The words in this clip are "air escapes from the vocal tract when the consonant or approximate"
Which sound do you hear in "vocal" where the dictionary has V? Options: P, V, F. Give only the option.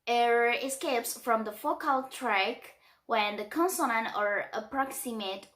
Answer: F